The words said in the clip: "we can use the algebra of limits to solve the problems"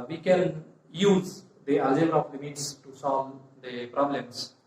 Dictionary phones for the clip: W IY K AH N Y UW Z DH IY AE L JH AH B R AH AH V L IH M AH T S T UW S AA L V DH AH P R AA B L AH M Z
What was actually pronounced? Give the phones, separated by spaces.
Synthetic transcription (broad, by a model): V IY K AH N Y UW Z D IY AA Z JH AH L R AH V L IH M AH T S T UW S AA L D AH P R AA B L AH M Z